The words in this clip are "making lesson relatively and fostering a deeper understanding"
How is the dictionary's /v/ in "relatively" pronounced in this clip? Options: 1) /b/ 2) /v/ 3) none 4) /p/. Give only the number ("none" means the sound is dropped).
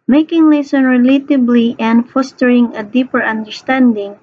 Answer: 1